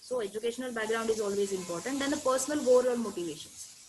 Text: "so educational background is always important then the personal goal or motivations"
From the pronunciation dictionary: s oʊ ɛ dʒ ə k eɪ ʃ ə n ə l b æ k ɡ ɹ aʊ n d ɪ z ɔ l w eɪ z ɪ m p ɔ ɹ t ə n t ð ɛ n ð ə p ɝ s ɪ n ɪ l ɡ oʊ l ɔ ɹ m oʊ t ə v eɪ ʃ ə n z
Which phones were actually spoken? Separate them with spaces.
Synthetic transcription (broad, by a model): s oʊ ɛ dʒ ə k eɪ ʃ ə n ə l b æ k ɡ ɹ aʊ n d ɪ z ɔ l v eɪ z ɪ m p ɔ ɹ t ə n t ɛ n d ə p ɝ s ɪ n ɪ l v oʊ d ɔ l m oʊ t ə v eɪ ʃ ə n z